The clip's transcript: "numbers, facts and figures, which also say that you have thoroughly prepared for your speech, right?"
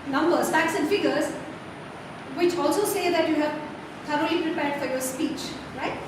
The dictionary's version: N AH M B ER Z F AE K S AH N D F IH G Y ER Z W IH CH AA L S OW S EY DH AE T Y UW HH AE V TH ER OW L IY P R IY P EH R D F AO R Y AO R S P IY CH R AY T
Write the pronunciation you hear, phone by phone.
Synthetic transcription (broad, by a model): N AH M B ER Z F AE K S AH N D F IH G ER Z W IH CH AA L S OW S EY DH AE T Y UW HH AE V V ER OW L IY P R IY P EH R D F AO R Y AO R S P IY CH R AY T